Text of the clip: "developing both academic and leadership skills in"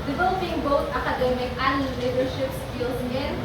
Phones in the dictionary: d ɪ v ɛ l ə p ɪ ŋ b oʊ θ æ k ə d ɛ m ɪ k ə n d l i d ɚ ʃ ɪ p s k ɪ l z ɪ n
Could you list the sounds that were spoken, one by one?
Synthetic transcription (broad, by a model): d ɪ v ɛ l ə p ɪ ŋ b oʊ t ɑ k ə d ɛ m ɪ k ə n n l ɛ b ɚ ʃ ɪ p s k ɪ l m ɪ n